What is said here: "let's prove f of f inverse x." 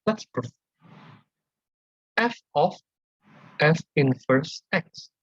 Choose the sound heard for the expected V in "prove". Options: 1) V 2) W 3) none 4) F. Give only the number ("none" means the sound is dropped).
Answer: 4